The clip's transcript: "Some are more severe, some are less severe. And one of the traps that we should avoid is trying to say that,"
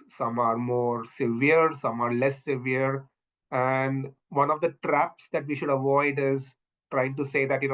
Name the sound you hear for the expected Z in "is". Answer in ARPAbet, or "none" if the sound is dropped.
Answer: Z